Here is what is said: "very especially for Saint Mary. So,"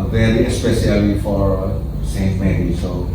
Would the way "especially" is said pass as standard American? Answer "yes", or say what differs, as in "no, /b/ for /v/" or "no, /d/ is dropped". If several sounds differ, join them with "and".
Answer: no, /s/ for /ʃ/